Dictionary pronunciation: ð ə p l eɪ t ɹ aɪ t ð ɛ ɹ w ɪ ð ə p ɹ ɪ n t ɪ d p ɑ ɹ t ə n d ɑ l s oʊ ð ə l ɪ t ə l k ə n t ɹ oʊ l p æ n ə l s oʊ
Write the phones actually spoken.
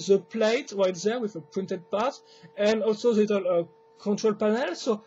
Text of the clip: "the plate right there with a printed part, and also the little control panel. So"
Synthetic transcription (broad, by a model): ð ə p l eɪ t ɹ aɪ t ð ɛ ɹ w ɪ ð ə p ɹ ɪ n t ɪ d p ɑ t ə n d ɑ l s oʊ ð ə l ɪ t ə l k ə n t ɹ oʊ l p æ n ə l s oʊ